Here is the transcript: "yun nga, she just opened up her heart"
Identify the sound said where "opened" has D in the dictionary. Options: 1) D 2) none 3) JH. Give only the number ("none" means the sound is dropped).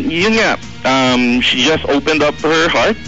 1